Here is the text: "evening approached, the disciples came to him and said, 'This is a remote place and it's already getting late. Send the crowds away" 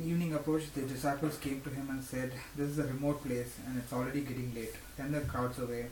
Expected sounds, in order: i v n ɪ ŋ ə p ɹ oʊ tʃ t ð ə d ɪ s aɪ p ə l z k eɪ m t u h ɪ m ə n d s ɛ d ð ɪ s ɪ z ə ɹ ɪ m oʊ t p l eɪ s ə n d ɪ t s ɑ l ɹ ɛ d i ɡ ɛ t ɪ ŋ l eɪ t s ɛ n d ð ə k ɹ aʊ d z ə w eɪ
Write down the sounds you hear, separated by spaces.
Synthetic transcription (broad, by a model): i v n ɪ ŋ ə p ɹ oʊ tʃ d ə d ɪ s aɪ p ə l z k eɪ m t u h ɪ m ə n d s ɛ d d ɪ s ɪ z ə ɹ ɪ m oʊ t p l eɪ s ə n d ɪ t s ɑ l ɹ ɛ d i ɡ ɛ t ɪ ŋ l eɪ t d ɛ n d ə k aʊ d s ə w eɪ